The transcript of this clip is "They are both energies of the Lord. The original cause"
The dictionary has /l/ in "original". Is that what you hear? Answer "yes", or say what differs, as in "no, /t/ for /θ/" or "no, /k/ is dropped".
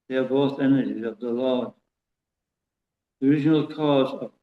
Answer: yes